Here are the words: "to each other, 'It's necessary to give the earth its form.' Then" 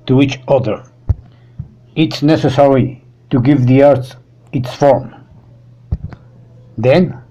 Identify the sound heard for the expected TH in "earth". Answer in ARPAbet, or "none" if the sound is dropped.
S